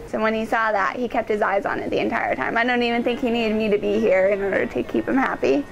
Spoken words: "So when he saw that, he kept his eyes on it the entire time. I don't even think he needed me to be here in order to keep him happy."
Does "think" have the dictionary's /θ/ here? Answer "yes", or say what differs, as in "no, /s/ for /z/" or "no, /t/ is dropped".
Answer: yes